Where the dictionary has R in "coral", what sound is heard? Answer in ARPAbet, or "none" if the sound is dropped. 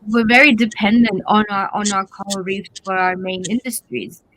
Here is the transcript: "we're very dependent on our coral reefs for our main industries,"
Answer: L